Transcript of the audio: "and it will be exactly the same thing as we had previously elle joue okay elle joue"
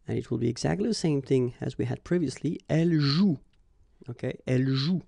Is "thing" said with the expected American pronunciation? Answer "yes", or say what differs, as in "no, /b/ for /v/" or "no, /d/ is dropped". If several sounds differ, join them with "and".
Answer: yes